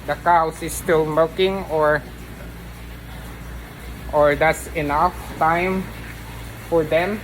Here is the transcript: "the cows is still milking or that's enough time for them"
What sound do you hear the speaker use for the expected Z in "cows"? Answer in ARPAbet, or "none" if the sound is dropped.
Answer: S